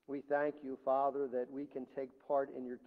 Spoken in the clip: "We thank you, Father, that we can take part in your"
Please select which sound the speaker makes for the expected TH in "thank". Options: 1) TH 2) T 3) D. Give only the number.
1